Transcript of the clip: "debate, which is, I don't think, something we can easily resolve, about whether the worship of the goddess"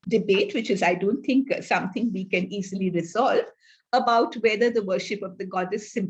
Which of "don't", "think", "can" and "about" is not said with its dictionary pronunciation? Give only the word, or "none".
think